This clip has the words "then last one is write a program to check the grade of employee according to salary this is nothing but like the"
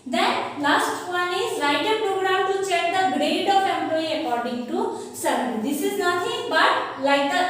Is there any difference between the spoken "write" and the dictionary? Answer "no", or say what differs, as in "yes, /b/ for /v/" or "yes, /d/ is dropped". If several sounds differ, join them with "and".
yes, /l/ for /ɹ/